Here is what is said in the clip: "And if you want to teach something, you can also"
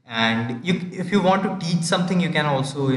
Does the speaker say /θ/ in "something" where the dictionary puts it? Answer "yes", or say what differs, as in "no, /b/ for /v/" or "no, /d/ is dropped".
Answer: no, /t/ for /θ/